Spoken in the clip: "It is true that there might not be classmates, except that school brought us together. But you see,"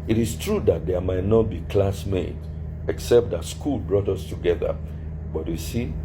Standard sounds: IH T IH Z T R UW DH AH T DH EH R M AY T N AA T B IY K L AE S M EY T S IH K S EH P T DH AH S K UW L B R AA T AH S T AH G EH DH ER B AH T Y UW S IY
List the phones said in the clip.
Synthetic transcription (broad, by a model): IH T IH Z T R UW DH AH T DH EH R M AY T N AA T B IY K L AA S M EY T IH K S EH P T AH S K UW L B R AA T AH S T AH G EH DH ER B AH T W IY S IY